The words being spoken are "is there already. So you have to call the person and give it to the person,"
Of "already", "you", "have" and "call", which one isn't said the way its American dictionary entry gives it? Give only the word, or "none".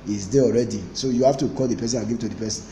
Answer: have